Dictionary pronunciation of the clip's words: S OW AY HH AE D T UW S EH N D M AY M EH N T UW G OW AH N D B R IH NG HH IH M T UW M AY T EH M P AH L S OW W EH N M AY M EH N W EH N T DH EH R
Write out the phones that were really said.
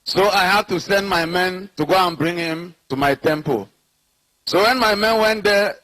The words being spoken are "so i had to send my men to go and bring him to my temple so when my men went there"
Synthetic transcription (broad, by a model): S OW AY HH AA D T UW S EH N D M AY M EH N T UW G OW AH N B R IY NG HH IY M T UW M AY T EH M P AH L S OW W EH N M AY M EH N W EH N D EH